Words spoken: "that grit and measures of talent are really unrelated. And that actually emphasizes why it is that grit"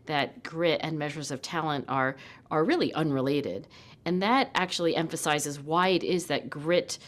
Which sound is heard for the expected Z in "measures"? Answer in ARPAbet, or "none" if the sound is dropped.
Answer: Z